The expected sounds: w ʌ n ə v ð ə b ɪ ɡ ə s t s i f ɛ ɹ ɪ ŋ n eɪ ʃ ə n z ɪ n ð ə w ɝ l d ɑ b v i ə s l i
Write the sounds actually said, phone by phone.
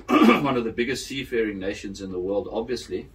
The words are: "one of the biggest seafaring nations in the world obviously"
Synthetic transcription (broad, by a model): w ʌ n ə v ð ə b ɪ ɡ ə s t s i f ɛ ɹ ɪ ŋ n eɪ ʃ ə n z ɪ n ð ə w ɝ l d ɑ b v i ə s l i